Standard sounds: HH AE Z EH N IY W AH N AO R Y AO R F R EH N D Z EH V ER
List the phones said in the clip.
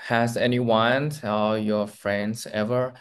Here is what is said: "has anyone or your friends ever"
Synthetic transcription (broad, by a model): HH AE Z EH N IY W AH N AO L Y AO R F R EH N D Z EH V ER